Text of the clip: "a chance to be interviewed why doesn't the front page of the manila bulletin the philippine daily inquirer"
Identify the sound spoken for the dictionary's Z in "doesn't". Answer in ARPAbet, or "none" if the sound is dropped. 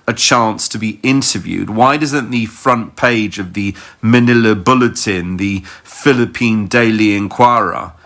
Z